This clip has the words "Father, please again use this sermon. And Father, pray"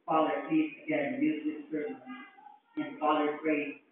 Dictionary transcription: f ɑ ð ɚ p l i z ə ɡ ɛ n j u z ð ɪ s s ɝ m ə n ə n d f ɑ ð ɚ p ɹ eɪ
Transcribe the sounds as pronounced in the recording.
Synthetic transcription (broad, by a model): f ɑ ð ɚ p i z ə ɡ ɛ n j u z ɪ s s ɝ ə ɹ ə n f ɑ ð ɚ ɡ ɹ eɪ